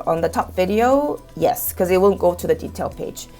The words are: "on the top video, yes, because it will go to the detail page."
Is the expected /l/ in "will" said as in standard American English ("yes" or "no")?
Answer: no